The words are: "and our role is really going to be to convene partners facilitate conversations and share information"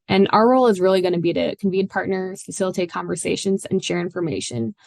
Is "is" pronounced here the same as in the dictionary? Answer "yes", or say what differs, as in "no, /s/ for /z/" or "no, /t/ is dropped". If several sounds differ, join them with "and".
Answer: yes